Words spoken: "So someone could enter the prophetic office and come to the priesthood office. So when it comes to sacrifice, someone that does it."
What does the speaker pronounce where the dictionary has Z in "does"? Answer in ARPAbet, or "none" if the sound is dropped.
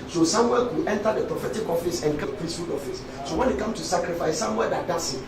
S